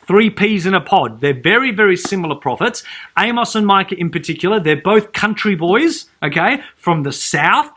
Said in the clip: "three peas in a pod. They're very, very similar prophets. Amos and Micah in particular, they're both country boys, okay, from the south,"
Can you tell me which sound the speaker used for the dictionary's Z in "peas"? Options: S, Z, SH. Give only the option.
Z